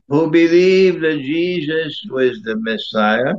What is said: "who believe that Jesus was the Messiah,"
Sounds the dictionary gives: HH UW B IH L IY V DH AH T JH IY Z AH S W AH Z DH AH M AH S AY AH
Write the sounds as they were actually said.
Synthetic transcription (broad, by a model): HH UW B IH L IY V DH AH T JH IY Z AH S W AH Z DH AH M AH S AY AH